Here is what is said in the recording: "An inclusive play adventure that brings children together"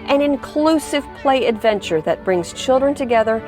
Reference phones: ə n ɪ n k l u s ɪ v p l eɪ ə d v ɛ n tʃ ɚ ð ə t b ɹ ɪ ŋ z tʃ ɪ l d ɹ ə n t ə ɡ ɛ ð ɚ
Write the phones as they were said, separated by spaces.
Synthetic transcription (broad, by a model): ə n ɪ n k l u s ɪ v p l eɪ ə d v ɛ n tʃ ɚ ð ə t b ɹ ɪ ŋ z tʃ ɪ l d ɹ ə n t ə ɡ ɛ ð ɚ